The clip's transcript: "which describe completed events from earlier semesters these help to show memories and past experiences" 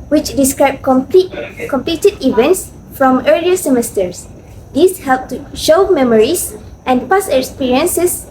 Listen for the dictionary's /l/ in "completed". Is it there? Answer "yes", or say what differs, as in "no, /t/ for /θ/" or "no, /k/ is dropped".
yes